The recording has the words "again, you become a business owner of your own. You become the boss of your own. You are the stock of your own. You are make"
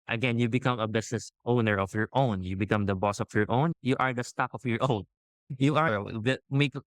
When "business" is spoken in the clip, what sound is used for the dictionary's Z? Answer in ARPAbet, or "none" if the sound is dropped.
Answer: S